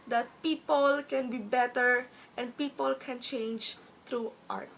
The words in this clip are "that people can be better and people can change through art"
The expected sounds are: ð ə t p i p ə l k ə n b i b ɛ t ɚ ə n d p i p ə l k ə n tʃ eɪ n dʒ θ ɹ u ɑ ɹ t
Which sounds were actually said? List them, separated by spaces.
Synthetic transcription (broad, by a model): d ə t p i p ə l k ə n b i b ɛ t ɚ ə n d p i p ə l k ə n tʃ eɪ n dʒ t ɹ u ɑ ɹ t